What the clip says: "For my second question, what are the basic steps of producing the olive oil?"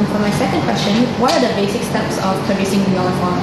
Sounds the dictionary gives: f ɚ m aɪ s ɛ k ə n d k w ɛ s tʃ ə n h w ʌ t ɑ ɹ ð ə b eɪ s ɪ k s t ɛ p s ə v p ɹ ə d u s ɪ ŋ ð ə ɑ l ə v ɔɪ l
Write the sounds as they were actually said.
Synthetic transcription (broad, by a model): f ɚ m aɪ s ɛ k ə n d k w ɛ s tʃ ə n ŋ w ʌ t ɑ ɹ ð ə b eɪ s ɪ k s t ɛ p s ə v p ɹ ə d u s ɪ ŋ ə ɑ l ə f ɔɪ